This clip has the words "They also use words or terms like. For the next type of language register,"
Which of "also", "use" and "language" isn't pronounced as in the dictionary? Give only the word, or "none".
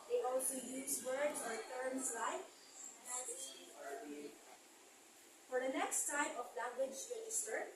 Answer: language